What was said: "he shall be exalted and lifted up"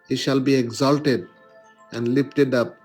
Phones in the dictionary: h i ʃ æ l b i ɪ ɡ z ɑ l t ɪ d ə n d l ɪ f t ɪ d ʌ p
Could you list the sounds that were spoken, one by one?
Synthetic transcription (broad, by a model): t ʃ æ l b i ɪ ɡ z ɑ l t ɪ d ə n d l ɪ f t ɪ d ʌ p